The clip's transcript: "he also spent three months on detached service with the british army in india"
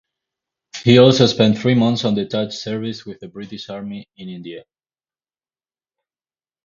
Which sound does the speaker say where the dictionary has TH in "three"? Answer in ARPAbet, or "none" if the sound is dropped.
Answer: TH